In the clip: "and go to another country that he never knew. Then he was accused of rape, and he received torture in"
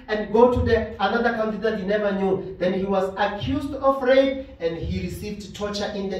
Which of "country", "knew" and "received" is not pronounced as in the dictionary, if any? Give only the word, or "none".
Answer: country